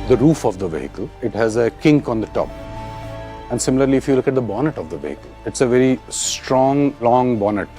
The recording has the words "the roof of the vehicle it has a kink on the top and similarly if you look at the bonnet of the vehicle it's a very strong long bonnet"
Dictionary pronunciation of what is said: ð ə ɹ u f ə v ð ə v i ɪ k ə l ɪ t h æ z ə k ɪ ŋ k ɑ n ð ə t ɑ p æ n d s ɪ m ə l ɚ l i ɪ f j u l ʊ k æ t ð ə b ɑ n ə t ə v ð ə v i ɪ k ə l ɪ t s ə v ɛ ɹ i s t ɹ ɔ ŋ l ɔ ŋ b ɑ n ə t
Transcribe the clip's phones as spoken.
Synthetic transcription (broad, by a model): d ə ɹ u f ə v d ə v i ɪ k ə l ɪ t h æ z ə k ɪ ŋ k ɑ n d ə t ɑ p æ n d s ɪ m ə l ɚ l i ɪ f j u l ʊ k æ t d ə b ɑ n ə t ə v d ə v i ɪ k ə l ɪ t s ə v ɛ ɹ i s t ɹ ɔ ŋ l ɔ ŋ b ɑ n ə t